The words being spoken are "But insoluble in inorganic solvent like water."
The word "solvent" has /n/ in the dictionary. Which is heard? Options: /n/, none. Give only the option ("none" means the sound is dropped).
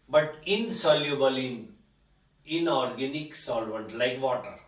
/n/